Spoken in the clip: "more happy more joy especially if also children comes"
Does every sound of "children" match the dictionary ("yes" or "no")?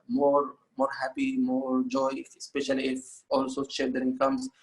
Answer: no